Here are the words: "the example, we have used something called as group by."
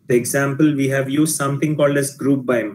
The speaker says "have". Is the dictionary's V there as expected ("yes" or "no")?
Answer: yes